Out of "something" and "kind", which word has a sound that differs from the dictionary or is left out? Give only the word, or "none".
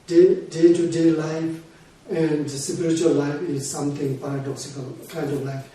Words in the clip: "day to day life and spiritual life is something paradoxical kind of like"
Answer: something